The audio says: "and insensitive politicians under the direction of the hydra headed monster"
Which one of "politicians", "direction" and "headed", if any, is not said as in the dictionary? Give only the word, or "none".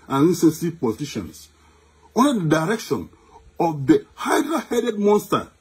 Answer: politicians